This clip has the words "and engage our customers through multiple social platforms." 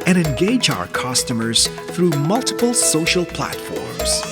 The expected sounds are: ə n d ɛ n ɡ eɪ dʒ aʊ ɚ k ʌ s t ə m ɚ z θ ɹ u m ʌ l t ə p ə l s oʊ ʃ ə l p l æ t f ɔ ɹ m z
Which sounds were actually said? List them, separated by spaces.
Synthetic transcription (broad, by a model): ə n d ɛ n ɡ eɪ dʒ aʊ ɚ k ʌ s t ə m ɚ z θ ɹ u m ʌ l t ə p ə l s oʊ ʃ ə l p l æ t f ɔ ɹ m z